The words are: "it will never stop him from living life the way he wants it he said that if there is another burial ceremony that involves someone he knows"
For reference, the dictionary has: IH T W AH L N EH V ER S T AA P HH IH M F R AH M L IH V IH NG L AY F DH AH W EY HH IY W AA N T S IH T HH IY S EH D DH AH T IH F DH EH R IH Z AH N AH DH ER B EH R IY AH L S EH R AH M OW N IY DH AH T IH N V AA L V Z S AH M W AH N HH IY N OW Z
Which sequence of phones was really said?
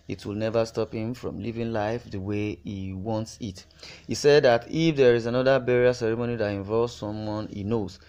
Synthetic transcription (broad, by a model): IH T W AH L N EH V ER S T AA P HH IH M F R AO M L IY V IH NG L AY F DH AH W EY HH IY W AA N T S IH T HH IY S EH D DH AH T IH F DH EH R IH Z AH N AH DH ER B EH R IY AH S EH R AH M OW N IY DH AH T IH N V AA L V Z S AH M W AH N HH IY N OW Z